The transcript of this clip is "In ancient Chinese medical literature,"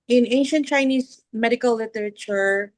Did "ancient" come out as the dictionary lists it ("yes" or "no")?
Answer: yes